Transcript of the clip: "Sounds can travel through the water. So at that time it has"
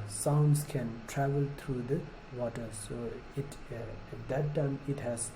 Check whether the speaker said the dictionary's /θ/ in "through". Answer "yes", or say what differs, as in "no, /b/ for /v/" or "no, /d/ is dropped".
no, /t/ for /θ/